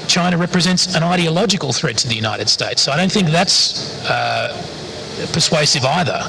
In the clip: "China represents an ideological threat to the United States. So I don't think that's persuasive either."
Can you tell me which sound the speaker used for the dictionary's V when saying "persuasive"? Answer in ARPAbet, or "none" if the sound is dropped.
V